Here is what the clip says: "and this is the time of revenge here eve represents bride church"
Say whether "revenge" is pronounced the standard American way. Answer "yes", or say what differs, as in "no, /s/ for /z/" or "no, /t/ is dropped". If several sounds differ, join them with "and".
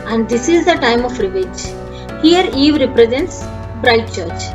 no, /n/ is dropped